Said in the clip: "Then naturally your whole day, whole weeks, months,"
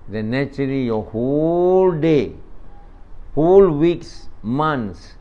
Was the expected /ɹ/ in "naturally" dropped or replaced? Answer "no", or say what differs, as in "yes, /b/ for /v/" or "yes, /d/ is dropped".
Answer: yes, /ɹ/ is dropped